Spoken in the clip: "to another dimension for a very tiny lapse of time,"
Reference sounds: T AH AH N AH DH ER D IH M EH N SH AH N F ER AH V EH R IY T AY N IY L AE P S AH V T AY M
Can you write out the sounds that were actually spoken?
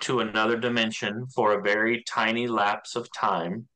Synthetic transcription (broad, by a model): T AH AH N AH DH ER D IH M EH N SH AH N F ER AH V EH R IY T AY N IY L AE P S AH V T AY M